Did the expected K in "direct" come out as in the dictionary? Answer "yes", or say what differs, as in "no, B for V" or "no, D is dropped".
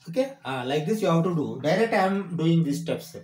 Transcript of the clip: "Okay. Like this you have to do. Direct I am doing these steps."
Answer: no, K is dropped